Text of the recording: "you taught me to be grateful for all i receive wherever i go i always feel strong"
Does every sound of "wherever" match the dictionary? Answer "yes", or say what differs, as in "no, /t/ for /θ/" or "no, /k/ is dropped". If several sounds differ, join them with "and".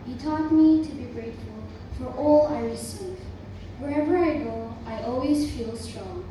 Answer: yes